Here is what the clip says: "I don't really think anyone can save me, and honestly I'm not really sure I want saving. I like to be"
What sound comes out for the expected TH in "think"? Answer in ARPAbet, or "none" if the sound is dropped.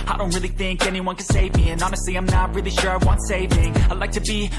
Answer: TH